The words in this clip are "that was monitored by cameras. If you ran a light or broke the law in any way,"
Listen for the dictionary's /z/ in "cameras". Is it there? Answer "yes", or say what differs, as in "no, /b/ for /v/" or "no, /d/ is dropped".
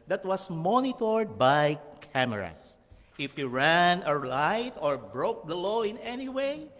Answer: no, /s/ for /z/